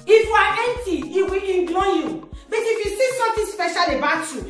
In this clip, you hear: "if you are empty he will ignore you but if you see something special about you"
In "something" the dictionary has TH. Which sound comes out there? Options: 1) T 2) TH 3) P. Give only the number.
1